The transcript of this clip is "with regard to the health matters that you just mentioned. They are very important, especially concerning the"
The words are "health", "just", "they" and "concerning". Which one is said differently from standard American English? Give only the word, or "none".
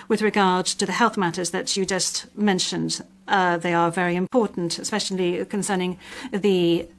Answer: none